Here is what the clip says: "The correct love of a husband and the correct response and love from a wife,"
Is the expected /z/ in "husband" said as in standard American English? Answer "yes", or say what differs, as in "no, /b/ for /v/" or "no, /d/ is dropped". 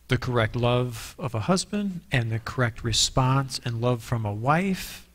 yes